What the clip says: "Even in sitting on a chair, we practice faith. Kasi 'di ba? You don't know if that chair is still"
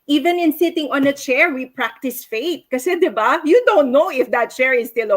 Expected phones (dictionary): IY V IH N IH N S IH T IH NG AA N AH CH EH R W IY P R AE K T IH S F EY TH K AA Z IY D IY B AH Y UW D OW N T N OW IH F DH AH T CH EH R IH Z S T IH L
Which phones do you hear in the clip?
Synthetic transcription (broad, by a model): IY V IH N IH N S IH T IH NG AA N AH CH EH R W IY P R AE K T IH S F EY T K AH S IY D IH B AH Y UW D OW N T N OW IH F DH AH T CH EH R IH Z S T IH L